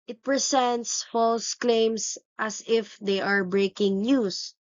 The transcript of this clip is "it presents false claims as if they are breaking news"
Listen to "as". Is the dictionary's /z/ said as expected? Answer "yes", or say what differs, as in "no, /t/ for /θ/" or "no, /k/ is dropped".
no, /s/ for /z/